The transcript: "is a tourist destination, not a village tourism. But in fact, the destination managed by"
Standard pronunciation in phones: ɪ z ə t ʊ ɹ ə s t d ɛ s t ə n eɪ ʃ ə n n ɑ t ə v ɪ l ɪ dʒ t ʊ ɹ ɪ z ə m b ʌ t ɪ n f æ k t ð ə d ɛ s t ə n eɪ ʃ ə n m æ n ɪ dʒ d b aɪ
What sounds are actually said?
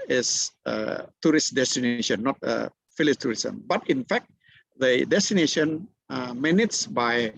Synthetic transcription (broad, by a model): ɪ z ə t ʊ ɹ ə s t d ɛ s t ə n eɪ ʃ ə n n ɑ t ə f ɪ l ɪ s t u ɹ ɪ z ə m b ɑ t ɪ n f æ k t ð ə d ɛ s t ə n eɪ ʃ ə n m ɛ n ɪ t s b aɪ